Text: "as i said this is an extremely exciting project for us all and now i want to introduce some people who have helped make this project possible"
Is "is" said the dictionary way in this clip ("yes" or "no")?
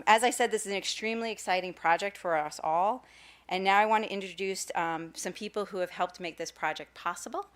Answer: yes